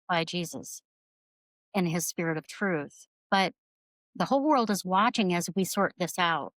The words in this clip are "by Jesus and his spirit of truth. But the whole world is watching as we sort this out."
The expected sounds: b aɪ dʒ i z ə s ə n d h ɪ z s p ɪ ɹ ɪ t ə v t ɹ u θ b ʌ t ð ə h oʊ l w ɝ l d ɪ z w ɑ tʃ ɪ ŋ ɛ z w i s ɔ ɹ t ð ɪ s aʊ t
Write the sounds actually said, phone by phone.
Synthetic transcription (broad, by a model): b aɪ dʒ i z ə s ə n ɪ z s p ɪ ɹ ɪ t ə v t ɹ u θ b ʌ t ð ə h oʊ l w ɝ l d ɪ z w ɑ tʃ ɪ ŋ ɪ z w i s ɔ ɹ t ð ɪ s aʊ t